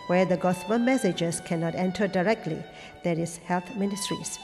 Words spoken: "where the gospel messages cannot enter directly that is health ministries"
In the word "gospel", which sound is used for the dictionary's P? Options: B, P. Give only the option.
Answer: B